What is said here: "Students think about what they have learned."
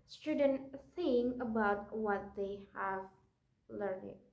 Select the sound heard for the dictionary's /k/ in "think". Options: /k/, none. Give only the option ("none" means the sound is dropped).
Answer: none